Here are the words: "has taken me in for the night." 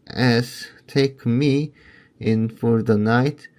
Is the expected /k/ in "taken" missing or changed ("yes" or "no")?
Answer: yes